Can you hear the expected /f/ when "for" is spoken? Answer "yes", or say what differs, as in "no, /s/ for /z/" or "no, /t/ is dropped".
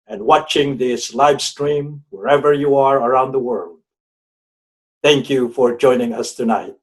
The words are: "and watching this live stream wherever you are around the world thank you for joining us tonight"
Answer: yes